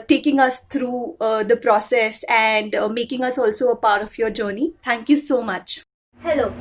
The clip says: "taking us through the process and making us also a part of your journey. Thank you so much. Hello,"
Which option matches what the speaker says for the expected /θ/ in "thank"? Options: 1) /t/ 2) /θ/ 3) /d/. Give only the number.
1